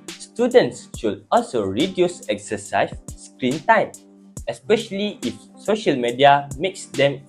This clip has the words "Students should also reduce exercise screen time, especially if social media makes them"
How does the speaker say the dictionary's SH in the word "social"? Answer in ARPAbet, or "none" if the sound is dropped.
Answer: SH